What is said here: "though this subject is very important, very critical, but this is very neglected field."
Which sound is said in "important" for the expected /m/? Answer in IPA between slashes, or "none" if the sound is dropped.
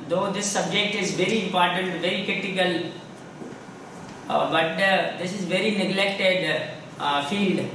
/m/